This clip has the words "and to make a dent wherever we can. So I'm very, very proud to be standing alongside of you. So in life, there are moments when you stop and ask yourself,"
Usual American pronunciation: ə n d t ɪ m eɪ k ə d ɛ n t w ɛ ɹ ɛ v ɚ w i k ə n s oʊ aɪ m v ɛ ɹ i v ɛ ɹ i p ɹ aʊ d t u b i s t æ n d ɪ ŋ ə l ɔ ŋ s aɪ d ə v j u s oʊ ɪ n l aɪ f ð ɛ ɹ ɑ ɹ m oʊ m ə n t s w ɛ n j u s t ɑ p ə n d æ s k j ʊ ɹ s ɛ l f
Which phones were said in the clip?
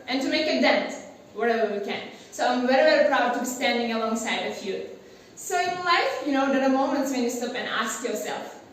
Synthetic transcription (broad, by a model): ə n t ɪ m eɪ k ə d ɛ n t w ɛ ɹ ɛ v ɚ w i k ə n s oʊ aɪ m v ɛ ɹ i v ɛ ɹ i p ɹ aʊ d t u b i s t æ n d ɪ ŋ ə l ɔ ŋ s aɪ d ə f j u s oʊ ɪ n l aɪ f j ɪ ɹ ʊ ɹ m oʊ m ə n t s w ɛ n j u s t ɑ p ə n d æ s k j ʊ ɹ s ɛ l f